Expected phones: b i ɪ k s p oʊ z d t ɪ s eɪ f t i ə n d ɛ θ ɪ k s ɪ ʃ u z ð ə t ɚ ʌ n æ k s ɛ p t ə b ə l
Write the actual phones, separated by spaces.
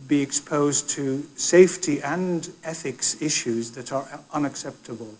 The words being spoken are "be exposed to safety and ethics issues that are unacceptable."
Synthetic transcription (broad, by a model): b i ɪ k s p oʊ z t ɪ s eɪ f t i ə n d ɛ θ ɪ k s ɪ ʃ u z ð ə t ɚ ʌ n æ k s ɛ p t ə b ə l